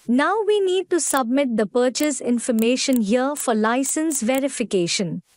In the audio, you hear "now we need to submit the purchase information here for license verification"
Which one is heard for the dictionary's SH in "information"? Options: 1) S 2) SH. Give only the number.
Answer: 2